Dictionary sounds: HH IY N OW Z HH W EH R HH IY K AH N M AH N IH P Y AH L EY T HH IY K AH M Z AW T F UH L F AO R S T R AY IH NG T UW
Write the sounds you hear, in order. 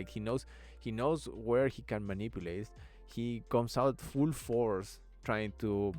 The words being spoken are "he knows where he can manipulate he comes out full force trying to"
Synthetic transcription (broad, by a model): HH IY N OW S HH W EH R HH IY K AH N M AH N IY P Y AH L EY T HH IY K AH M S AW T F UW L F AO R S T R AY IH NG T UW